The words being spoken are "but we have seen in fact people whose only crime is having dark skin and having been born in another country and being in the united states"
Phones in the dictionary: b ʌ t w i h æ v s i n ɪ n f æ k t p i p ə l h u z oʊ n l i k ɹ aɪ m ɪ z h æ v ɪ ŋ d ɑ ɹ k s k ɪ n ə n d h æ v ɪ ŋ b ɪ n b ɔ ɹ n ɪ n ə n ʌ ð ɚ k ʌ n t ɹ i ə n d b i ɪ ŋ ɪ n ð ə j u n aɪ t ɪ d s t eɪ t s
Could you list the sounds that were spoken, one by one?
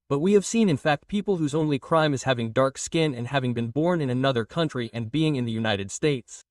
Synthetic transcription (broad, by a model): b ʌ t w i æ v s i n ɪ n f æ k t p i p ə l h u z oʊ n l i k ɹ aɪ m ɪ z h æ v ɪ ŋ d ɑ ɹ k s k ɪ n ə n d h æ v ɪ ŋ b ɪ n b ɔ ɹ n ɪ n ə n ʌ ð ɚ k ʌ n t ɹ i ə n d b i ɪ ŋ ɪ n ð ə j u n aɪ t ɪ d s t eɪ t s